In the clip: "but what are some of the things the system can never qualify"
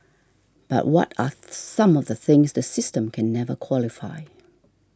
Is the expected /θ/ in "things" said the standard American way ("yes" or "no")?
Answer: yes